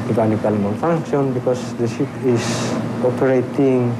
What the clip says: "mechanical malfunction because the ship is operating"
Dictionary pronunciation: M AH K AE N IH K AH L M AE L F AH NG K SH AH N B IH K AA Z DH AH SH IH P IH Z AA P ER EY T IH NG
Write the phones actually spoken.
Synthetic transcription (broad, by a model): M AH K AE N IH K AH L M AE N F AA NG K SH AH N B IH K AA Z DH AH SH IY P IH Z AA P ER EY T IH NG